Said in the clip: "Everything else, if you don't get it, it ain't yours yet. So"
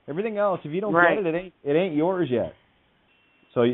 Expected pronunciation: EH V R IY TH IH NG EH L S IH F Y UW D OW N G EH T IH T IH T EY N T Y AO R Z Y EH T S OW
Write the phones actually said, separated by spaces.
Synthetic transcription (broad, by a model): EH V R IY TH IH NG EH L S IH F Y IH D OW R G EH T IH T IH T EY N T Y AO R Z Y EH T S OW